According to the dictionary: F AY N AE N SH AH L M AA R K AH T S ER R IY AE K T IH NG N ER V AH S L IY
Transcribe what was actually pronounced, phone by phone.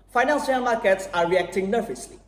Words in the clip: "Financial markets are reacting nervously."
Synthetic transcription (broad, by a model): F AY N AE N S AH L M AA R K AH T S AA R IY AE K T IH NG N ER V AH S L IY